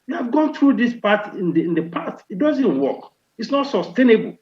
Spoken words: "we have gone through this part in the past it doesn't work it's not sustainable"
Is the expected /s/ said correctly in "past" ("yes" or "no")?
no